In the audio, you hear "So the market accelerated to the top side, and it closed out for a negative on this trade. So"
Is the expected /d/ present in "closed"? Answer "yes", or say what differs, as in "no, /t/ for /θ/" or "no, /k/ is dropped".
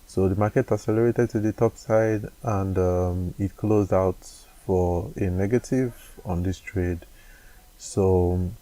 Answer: yes